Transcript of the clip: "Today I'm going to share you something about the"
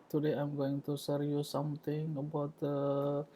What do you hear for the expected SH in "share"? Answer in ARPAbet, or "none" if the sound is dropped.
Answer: S